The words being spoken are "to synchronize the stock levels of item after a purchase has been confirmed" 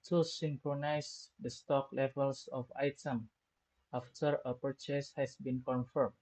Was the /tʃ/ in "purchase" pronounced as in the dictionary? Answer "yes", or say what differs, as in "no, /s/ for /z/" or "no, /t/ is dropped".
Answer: yes